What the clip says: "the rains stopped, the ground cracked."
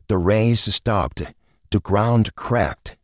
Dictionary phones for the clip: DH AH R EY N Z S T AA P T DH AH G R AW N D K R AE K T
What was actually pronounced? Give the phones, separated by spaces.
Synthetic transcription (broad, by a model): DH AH R EY Z S T AA P T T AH G R AW N D K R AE K T